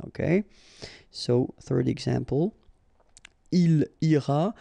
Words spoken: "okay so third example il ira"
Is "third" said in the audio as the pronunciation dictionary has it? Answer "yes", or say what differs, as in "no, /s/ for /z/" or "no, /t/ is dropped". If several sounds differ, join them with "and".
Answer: yes